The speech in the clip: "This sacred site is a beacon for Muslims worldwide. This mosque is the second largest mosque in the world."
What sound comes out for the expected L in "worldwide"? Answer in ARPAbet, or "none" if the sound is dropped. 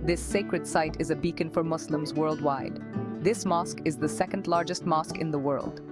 L